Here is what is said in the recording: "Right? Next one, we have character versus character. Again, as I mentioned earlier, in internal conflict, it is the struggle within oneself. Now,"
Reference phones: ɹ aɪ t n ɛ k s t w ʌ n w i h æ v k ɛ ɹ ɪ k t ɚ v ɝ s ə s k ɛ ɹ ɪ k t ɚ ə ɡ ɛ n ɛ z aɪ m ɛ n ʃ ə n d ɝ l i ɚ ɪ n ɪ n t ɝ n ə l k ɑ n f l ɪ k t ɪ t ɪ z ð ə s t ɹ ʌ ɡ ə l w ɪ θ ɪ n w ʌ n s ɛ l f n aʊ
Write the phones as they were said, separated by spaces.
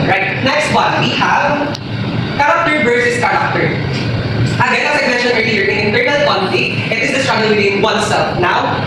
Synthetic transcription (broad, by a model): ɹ aɪ t n ɛ k s t w ʌ n w i h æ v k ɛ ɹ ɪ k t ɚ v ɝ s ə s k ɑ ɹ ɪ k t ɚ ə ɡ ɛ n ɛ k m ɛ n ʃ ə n ɝ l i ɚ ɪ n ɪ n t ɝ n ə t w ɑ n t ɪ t ɪ t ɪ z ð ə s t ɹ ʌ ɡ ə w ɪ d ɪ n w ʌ n s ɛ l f n aʊ